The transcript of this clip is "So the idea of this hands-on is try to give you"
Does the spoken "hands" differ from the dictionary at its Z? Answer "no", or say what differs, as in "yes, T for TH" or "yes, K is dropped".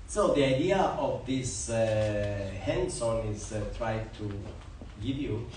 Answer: yes, S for Z